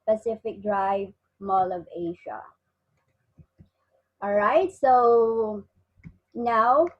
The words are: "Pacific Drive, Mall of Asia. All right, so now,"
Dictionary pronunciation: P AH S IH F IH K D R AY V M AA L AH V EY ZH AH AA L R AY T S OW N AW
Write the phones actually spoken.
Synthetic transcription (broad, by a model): P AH S IH F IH K D R AY V M AA L AH V EY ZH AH AA L R AY T S OW N AW